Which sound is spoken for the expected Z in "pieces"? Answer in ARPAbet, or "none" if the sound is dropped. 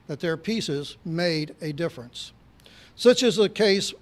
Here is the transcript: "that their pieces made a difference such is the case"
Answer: Z